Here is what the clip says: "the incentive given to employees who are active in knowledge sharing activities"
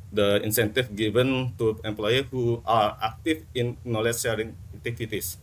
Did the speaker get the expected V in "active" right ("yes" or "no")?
no